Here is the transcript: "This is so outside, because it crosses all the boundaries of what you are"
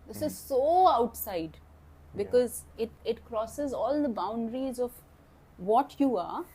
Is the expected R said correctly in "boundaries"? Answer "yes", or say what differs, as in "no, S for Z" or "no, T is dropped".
yes